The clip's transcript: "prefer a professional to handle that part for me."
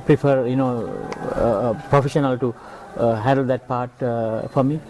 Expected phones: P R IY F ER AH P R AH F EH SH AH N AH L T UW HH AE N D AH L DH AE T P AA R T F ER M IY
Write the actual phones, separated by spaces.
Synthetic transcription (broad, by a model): P R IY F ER AH P R AH F EH SH AH N AH L T UW HH AE N D AH L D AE T P AA R T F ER M IY